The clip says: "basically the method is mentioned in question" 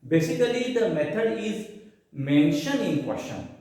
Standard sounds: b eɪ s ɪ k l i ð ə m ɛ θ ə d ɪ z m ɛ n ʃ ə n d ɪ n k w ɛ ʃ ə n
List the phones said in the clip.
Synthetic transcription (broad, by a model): b eɪ s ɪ k l i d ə m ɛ t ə d ɪ z m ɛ n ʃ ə n ɪ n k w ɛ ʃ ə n